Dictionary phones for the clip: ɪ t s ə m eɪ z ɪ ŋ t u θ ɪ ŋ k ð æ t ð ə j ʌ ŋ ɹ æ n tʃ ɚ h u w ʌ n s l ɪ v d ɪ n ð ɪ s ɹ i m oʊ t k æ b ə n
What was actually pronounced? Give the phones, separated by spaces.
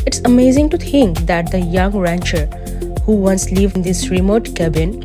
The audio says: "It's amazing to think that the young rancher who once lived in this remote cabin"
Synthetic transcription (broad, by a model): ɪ t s ə m eɪ z ɪ ŋ t u t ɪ ŋ k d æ t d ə j ʌ ŋ ɹ æ n tʃ ɚ h u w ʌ n s l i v ɪ n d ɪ s ɹ i m oʊ t k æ b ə n